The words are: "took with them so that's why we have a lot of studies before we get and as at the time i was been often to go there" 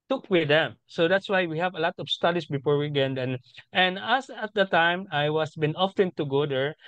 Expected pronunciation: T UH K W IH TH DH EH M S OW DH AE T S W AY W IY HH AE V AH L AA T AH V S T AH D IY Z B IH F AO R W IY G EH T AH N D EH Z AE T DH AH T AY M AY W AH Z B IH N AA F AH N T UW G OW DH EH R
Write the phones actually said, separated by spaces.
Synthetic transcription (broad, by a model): T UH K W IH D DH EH M S OW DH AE T S W AY W IY HH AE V AH L AA T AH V S T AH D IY S B IH F AO R W IY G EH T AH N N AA S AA T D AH T AY M AY W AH S B IH N AA F AH N T UW G OW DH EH R